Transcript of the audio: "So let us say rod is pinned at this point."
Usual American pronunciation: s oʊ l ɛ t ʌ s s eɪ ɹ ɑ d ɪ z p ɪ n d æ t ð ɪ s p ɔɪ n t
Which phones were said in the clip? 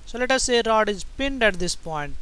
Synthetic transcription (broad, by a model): s oʊ l ɛ t ʌ s s eɪ ɹ ɑ d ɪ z p ɪ n d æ t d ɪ s p ɔɪ n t